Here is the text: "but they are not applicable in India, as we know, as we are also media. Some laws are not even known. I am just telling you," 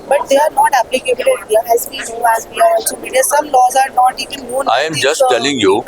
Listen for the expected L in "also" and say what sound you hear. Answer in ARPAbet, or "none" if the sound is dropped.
none